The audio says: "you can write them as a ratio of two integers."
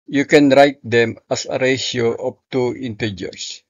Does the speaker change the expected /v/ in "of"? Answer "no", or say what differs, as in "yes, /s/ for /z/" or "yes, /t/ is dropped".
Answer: yes, /p/ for /v/